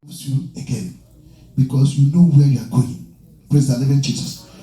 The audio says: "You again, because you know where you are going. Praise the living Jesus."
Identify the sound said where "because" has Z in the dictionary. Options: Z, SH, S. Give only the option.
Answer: S